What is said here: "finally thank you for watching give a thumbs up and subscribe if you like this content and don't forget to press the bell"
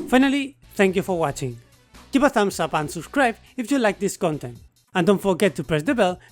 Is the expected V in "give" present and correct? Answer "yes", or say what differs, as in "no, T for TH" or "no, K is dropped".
no, P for V